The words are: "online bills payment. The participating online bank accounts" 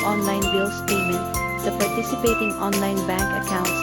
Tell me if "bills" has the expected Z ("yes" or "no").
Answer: no